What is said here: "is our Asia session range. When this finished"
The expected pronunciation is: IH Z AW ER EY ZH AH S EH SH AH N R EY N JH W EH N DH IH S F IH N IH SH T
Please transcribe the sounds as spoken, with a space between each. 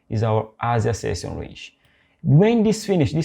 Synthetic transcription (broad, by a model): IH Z AW ER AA Z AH S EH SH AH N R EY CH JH W EH N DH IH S F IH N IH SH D